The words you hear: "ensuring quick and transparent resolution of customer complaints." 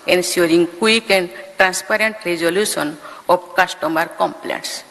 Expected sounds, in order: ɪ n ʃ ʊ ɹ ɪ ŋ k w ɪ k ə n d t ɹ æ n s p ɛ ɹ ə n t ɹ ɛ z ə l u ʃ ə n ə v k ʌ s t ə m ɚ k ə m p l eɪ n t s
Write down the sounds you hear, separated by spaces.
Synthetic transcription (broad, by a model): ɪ n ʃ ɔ ɹ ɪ ŋ k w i k ə n d t ɹ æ n s p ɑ ɹ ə n t ɹ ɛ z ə l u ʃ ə n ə b k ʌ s t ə m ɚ k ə m p l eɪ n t s